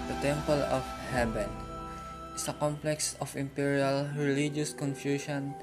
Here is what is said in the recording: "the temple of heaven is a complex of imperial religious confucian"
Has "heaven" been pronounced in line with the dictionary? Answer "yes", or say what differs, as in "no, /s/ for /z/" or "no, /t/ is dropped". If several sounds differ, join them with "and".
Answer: no, /b/ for /v/